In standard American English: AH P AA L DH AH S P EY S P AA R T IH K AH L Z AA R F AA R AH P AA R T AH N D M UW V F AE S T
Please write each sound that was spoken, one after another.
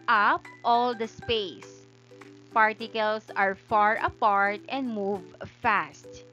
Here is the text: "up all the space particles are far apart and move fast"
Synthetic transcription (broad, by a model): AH P AA L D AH S P EY S P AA R T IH K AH L S AA R F AA R AH P AA R T AH N D M UW V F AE S T